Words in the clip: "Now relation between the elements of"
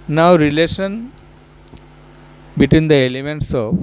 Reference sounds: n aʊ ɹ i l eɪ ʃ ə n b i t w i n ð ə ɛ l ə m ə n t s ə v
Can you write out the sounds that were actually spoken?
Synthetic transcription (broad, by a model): n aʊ ɹ i l eɪ ʃ ə n b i t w i n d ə ɛ l ə m ə n t s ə